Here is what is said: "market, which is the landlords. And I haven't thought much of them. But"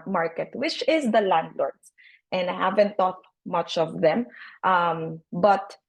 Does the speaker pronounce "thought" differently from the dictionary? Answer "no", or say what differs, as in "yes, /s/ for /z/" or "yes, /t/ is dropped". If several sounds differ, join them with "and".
yes, /t/ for /θ/